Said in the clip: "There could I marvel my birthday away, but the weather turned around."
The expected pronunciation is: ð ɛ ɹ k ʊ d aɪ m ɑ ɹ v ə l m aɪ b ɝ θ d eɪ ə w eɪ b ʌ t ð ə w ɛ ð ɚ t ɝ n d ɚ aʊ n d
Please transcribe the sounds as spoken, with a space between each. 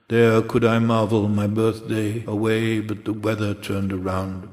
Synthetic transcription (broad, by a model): ð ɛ ɹ k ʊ d aɪ m ɑ ɹ v l m aɪ b ɝ θ d eɪ ə w eɪ b ʌ t ð ə w ɛ ð ɚ t ɝ n d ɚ aʊ n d